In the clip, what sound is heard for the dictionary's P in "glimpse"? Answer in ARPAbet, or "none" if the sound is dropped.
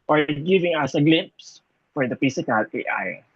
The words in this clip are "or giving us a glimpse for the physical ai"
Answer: P